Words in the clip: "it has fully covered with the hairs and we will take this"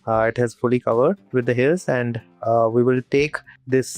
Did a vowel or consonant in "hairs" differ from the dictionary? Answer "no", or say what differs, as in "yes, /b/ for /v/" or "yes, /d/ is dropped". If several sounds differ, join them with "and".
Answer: yes, /l/ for /ɹ/